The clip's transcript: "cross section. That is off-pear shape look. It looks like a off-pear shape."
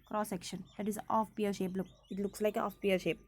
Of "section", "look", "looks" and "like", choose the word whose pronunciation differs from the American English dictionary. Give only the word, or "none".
none